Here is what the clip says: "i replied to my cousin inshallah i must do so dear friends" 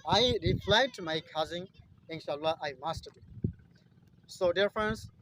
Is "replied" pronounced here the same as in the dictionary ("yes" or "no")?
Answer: no